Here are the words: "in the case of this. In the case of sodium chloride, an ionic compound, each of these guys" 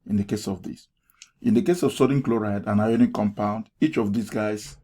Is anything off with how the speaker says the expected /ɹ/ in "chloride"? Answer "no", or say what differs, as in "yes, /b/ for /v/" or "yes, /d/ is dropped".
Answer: no